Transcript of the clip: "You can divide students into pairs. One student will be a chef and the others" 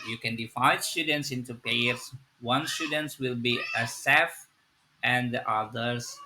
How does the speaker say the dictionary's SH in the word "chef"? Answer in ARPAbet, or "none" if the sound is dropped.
S